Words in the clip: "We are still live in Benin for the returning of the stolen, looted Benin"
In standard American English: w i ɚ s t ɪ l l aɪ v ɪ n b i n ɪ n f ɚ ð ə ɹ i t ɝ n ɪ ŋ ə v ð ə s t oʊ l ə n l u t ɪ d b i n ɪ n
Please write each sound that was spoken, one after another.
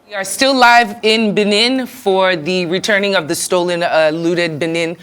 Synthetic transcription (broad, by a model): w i ɚ s t ɪ l l aɪ v ɪ n b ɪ n ɪ n f ɚ ð ə ɹ i t ɝ n ɪ ŋ ə v ð ə s t oʊ l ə n l u t ɪ d b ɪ n ɪ n